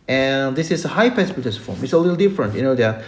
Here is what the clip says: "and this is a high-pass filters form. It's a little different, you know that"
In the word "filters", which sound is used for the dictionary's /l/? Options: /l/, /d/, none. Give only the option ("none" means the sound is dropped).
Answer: none